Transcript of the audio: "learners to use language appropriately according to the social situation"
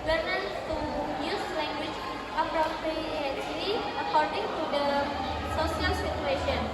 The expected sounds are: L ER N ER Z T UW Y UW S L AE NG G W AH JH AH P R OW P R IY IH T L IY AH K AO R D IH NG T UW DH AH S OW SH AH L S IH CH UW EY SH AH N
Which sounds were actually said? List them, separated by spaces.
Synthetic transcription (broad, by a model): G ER N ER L T UW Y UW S L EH NG G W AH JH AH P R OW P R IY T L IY AH K AO R D IH NG T UW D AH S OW S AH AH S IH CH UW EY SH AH N